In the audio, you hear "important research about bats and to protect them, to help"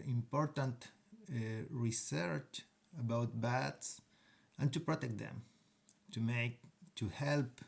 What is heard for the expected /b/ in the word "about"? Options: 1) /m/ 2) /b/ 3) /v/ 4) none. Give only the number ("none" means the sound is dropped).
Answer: 2